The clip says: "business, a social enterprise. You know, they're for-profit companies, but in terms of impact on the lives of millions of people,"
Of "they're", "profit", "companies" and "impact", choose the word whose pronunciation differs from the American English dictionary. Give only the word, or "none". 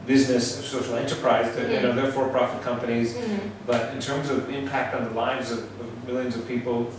none